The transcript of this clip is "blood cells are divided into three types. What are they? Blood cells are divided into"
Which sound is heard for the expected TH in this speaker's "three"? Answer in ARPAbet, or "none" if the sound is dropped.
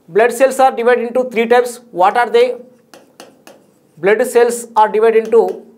T